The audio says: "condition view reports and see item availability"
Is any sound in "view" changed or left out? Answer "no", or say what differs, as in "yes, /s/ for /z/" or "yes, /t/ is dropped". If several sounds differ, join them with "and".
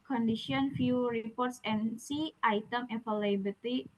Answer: yes, /f/ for /v/